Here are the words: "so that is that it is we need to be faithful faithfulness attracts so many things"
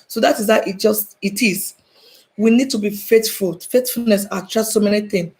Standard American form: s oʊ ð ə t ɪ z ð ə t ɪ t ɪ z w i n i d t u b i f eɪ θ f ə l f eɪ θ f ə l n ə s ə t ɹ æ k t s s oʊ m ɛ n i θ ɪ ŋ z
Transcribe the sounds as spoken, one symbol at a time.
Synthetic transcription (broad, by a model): s oʊ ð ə t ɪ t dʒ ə t ɪ t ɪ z w i n i d t u b i f eɪ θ f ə l f eɪ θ f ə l n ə s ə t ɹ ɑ t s s oʊ m ɛ n i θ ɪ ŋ